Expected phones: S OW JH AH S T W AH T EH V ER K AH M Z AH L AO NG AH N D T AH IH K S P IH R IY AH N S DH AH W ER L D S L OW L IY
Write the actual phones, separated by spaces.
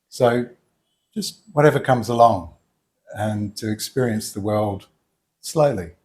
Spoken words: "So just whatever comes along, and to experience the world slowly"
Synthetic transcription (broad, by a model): S OW JH AH S T W AH T EH V ER K AH M Z AH L AO NG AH N T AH IH K S P IH R IY AH N S DH AH W ER L D S L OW L IY